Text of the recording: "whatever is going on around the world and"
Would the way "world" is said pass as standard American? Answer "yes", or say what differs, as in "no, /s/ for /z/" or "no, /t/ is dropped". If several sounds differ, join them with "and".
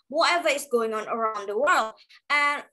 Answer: yes